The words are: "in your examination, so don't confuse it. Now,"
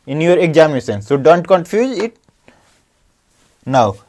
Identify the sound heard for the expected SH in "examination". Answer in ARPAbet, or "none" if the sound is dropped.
S